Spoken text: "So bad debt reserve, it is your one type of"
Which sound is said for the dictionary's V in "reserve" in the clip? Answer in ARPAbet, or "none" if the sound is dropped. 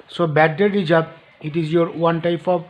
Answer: B